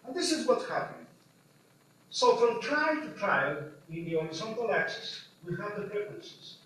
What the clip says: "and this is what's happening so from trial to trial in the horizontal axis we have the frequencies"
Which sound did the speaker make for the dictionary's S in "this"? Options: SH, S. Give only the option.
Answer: S